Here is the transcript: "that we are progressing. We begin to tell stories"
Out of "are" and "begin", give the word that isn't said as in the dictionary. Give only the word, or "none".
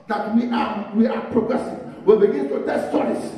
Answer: are